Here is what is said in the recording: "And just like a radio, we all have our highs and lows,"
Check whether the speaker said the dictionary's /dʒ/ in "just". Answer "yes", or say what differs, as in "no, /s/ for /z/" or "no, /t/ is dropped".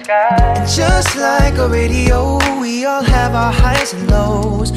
no, /ʒ/ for /dʒ/